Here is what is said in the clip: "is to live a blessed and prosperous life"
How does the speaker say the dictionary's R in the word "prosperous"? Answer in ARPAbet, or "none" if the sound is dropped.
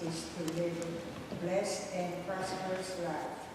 none